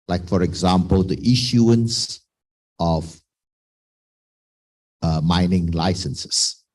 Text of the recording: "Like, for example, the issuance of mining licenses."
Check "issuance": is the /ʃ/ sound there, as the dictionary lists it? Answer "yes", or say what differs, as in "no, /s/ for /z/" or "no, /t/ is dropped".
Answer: yes